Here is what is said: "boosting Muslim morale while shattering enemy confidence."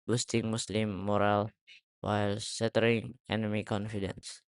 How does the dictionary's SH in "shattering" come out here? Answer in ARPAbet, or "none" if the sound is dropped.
S